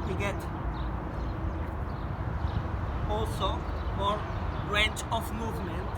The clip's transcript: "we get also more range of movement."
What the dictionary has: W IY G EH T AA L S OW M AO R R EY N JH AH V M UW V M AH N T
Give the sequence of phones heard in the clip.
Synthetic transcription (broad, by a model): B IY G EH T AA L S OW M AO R R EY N CH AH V M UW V M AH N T